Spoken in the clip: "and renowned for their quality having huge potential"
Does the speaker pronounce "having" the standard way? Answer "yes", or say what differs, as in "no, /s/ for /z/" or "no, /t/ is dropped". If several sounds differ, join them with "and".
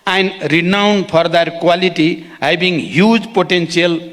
no, /b/ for /v/